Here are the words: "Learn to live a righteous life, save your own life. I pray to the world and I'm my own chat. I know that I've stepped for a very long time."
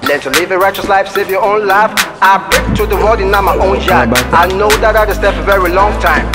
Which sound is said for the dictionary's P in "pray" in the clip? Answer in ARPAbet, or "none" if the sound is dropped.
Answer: B